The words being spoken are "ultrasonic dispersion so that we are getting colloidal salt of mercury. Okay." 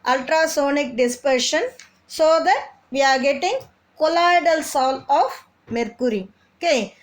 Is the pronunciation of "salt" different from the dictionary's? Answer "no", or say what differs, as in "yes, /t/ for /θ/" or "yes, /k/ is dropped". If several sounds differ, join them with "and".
yes, /t/ is dropped